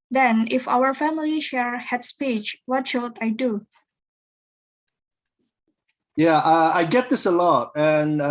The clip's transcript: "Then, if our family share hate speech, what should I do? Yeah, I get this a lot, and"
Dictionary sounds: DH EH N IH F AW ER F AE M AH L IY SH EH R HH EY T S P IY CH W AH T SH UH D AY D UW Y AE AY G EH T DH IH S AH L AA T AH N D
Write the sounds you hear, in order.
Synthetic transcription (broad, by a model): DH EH N IH F AW ER F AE M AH L IY SH EH R HH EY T S P IY CH W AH T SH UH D AY D UW Y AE AY G EH T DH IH S AH L AA T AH N